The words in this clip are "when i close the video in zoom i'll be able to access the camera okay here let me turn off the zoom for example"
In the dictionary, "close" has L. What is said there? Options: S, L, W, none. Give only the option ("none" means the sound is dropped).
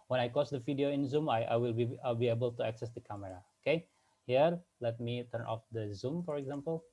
none